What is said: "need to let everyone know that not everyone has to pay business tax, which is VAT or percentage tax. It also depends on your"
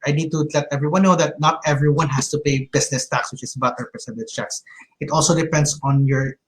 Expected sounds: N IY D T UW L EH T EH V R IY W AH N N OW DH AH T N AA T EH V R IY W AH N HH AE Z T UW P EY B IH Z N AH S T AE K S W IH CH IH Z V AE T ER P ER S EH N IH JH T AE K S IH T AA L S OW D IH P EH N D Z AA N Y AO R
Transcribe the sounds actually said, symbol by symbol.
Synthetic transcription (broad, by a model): N IY D T UW L EH T EH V R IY W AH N N OW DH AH T N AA T EH V R IY W AH N HH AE S T UW P EY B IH S N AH S T AE K S W IH CH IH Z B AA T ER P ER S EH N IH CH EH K S IH T AA L S OW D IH P EH N D S AA N Y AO R